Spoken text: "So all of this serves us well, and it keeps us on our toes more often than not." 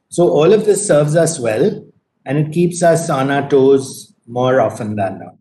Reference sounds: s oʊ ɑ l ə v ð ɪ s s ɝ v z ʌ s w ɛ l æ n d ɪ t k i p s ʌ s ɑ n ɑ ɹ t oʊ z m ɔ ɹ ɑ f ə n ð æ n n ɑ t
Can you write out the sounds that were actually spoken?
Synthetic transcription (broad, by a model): s oʊ ɑ l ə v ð ɪ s s ɝ v z ʌ s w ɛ l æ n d ɪ t k i p s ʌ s ɑ n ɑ t oʊ z m ɔ ɹ ɑ f ə n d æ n n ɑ